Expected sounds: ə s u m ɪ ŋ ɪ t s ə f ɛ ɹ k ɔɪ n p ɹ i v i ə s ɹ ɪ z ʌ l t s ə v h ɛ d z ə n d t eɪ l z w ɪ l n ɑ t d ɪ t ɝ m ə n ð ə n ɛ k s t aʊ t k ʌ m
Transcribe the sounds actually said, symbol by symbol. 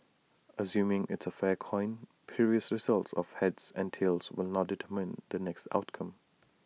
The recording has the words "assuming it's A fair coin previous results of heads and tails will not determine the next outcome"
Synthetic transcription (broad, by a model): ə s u m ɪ ŋ ɪ t s ə f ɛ k ɔɪ n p i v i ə s ɹ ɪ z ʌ l t s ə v h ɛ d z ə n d t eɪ l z w ɪ l n ɑ t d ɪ t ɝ m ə n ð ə n ɛ k s t aʊ t k ʌ m